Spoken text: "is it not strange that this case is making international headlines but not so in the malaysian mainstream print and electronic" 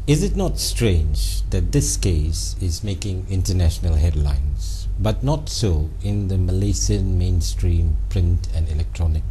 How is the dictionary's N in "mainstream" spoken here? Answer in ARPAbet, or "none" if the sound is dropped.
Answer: N